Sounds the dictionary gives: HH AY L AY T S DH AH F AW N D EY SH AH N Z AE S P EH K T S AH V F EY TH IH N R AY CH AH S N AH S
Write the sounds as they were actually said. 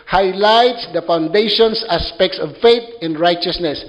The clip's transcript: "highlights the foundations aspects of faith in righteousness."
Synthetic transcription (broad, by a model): HH AY L AY T S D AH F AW N D EY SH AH N S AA S P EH K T S AH V F EY T IH N R AY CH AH S N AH S